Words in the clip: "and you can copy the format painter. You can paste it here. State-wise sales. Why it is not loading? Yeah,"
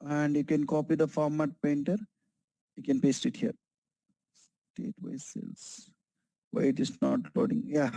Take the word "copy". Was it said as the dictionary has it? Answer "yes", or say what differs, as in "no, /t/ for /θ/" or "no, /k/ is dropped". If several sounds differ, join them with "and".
yes